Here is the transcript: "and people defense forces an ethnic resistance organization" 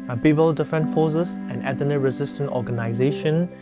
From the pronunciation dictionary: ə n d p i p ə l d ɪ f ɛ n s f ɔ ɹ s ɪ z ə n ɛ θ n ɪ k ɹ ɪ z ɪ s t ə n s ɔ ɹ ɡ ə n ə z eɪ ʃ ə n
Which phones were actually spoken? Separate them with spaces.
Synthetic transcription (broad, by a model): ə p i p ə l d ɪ f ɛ n f ɔ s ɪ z ə n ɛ t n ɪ ɹ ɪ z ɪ s t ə n ɔ ɡ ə n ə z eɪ ʃ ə n